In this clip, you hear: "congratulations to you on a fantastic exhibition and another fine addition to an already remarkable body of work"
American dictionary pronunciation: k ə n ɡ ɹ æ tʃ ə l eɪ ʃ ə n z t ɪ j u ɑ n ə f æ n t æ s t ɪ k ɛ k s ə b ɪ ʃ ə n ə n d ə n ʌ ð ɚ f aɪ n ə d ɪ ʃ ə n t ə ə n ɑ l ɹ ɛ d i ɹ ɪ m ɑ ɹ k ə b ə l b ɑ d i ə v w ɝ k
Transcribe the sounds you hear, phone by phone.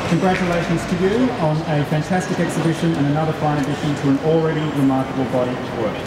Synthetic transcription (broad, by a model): k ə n ɡ ɹ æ tʃ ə l eɪ ʃ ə n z t ɪ j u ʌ n ə f æ n t æ s t ɪ k ɛ k s ə b ɪ ʃ ə n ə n ə n ʌ ð ɚ f aɪ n ə d ɪ ʃ ə n t ə ə n l ɹ ɛ d i ɹ ɪ m ɑ ɹ k ə b ə l b ɑ d i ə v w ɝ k